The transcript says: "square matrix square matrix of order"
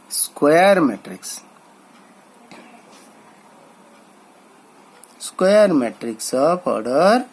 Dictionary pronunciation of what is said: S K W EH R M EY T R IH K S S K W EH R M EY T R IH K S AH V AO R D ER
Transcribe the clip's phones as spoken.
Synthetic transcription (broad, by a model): S K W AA R M EY T R IH K S S K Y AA R M EY T R IH K S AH P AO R D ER